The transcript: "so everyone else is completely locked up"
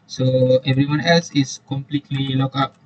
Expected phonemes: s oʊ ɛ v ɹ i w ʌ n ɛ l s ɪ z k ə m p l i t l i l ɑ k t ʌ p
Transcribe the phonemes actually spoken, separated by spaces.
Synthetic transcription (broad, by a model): s oʊ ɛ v ɹ i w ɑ n ɛ l s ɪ s k ə m p l i t l i l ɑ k ɑ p